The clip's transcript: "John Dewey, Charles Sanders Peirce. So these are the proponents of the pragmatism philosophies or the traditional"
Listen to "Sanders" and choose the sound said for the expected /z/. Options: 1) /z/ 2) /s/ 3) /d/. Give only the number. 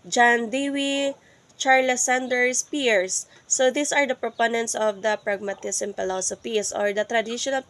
2